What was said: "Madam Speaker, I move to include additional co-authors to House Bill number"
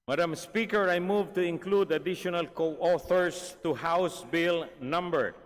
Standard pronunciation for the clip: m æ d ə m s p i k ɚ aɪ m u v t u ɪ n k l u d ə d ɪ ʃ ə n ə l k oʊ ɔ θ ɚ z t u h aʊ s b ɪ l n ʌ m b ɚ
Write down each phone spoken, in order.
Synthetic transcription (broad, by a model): m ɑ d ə m s p i k ɚ aɪ m u v t u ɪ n k l u d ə d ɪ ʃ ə n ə l k oʊ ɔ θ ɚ s t u h aʊ s b ɪ l n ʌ m b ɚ